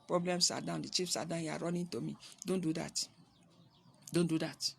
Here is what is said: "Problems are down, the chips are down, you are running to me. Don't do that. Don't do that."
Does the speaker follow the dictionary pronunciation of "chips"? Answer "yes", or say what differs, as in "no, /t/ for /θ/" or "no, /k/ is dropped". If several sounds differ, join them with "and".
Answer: no, /f/ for /p/